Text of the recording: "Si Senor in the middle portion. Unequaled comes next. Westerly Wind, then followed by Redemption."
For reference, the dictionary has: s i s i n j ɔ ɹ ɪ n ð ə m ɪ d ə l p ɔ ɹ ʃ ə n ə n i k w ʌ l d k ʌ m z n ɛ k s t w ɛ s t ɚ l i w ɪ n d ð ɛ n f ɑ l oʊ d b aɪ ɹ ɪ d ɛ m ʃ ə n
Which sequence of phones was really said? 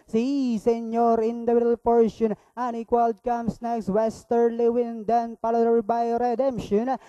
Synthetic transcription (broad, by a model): s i s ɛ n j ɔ ɹ ɪ n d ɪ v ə l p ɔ ɹ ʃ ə n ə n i k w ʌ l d k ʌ m s n ɛ k s t w ɛ s t ɚ l i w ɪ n d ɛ n p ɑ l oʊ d b aɪ ɹ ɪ d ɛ m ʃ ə n